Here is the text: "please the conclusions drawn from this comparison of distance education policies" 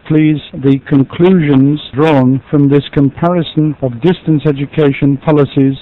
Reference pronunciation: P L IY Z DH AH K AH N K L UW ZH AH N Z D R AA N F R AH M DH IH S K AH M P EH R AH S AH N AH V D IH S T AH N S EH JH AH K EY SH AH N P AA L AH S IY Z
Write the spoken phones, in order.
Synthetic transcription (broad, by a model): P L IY Z DH AH K AH N K L UW ZH AH N Z D R AA N F R AH M DH IH S K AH M P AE R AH S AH N AH V D IH S T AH N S EH JH AH K EY SH AH N P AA L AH S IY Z